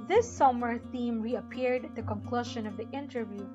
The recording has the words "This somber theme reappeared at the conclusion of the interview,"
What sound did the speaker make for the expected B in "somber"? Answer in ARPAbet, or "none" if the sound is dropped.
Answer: none